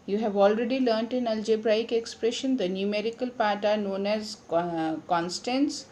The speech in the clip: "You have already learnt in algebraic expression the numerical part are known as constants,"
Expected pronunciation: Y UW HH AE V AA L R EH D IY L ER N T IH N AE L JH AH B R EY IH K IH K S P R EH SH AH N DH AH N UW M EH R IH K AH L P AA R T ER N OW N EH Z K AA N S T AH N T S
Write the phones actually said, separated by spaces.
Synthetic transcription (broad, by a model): Y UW HH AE V AA L R EH D IY L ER N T IH N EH L JH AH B R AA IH K IH K S P R EH SH AH N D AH N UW M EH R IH K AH L P AA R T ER N OW N EH Z K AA N S T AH N S